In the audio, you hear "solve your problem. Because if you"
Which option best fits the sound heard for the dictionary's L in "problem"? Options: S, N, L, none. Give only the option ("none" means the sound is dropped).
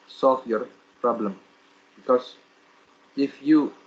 L